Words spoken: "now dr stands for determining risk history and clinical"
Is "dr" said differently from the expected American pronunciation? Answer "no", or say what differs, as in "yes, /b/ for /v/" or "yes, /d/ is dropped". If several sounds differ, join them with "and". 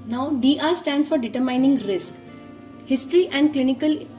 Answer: yes, /k/ is dropped